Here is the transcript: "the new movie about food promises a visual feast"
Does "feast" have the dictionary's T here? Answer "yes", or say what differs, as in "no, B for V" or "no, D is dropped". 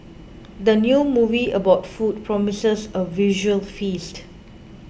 yes